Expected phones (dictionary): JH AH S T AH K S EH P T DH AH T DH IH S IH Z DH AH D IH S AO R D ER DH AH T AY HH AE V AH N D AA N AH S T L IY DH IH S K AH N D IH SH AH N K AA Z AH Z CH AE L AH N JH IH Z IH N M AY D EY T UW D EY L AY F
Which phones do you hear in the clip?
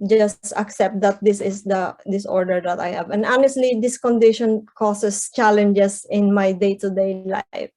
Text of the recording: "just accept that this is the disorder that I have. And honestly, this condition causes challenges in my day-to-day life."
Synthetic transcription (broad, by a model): JH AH S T AH K S EH P T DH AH T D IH S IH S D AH D IH S AO R D ER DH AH T AY HH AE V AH N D AA N AH S T L IY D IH S K AH N D IH SH AH N K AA S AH S CH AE L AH N JH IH S IH N M AY D EY T UW D EY L AY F